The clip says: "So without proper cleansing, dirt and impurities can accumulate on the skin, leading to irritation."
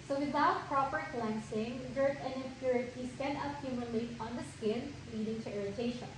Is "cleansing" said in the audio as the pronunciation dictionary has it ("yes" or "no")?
no